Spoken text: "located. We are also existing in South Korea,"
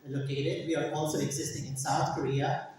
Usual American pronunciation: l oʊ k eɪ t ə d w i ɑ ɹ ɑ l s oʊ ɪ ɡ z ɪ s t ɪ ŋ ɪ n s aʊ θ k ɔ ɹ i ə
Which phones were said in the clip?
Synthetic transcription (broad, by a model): l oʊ k eɪ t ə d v i ɑ ɹ ɑ l s oʊ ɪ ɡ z ɪ s t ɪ ŋ ɪ n s aʊ t k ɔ ɹ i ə